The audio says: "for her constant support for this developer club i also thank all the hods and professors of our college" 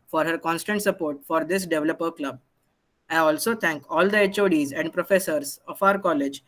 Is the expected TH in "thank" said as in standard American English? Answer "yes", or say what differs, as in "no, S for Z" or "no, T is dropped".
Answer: no, T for TH